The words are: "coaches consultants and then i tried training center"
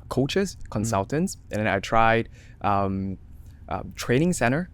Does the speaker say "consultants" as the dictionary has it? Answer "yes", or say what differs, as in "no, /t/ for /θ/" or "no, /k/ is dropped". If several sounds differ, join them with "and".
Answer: yes